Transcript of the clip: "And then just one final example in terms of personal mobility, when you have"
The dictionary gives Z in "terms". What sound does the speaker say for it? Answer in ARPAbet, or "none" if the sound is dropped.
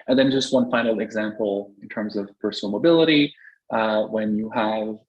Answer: Z